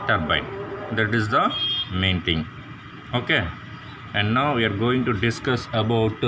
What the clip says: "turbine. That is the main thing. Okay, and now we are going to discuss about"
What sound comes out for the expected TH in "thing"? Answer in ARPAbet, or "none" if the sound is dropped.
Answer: T